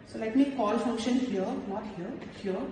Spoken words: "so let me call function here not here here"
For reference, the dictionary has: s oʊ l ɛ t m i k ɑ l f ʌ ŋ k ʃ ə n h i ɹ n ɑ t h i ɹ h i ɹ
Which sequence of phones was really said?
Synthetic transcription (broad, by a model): s oʊ l ɛ t m i k ɑ l f ʌ ŋ k ʃ ə n h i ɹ n ɑ t h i ɹ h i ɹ